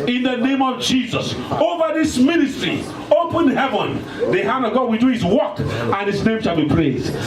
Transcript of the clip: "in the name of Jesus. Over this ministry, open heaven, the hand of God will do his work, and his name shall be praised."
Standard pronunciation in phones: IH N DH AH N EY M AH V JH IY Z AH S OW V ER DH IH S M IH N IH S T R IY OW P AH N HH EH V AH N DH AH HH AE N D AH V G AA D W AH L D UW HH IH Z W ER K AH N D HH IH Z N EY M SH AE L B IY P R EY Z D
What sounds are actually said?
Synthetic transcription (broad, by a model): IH N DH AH N EY M AH V JH IY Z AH S OW V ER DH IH S M IH N IH S T R IY OW P AH N HH EH V AH N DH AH HH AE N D AH V G AA D W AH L D UW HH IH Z W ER K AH N HH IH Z N EY M SH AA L B IY P R EY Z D